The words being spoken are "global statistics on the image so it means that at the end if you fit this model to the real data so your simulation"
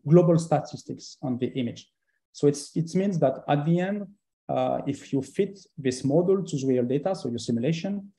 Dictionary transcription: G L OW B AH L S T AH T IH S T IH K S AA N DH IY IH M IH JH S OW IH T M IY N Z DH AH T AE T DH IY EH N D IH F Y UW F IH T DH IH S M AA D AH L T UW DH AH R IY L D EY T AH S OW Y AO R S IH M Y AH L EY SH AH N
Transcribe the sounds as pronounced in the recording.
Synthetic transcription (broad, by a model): G L OW B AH L S T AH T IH S T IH K S AA N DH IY IH M IH JH S OW IH T M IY N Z DH AH T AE T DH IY EH N D IH F Y UW F IH T DH IH S M AA D AH L T UW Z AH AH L D EY T AH S OW Y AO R S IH M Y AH L EY SH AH N